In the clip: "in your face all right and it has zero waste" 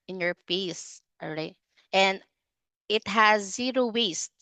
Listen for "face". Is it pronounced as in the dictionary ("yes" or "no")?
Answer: no